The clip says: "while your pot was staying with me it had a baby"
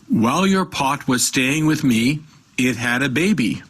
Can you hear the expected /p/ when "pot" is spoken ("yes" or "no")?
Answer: yes